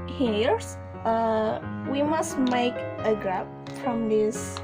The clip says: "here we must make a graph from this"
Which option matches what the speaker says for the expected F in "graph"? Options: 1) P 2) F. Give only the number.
1